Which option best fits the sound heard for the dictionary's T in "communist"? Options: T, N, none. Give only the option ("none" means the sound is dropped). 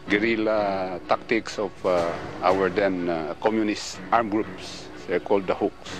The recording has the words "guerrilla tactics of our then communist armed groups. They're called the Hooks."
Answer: T